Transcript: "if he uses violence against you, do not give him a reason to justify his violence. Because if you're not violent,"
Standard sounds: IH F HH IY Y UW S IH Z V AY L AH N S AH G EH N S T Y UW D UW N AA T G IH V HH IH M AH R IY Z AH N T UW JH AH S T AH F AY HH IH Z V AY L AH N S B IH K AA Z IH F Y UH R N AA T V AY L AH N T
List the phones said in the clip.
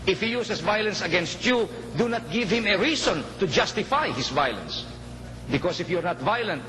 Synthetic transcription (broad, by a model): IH F HH IY Y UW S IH S V AY L AH N S AH G EH N S T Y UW D UW N AA T G IH V HH IH M AH R IY S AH N T UW JH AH S T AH F AY HH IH S V AY L AH N S B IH K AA S IH F Y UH R N AA T V AY L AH N T